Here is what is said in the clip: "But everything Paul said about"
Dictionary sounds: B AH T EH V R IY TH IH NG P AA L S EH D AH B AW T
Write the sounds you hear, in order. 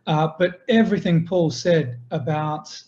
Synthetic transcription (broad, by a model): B AH T EH V R IY TH IH NG P AA L S EH D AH B AW T